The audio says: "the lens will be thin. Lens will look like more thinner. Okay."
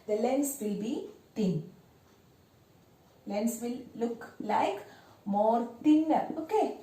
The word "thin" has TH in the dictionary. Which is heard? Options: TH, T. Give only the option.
T